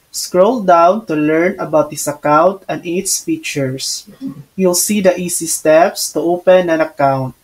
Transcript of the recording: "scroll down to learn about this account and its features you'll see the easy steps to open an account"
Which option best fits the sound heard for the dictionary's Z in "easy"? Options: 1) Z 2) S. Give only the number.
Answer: 2